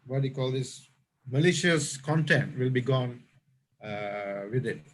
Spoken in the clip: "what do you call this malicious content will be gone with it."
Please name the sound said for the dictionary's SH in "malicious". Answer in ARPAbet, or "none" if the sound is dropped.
SH